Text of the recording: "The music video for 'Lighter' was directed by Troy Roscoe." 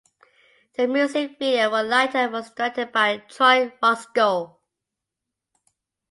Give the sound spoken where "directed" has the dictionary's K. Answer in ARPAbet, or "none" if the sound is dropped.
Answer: none